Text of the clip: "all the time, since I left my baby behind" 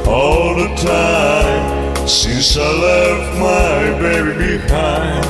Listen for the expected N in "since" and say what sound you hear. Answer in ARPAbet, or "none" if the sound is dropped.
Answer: none